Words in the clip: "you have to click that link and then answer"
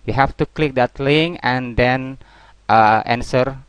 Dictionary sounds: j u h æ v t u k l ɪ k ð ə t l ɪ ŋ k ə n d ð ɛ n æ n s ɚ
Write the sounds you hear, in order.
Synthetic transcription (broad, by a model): j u h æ f t u k l ɪ k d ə t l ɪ ŋ ə n d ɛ n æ n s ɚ